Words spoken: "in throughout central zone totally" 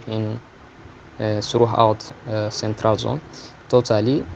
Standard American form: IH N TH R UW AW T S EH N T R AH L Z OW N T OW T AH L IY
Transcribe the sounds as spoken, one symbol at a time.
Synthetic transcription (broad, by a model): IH N S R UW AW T S EH N T R AH L Z OW N T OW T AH L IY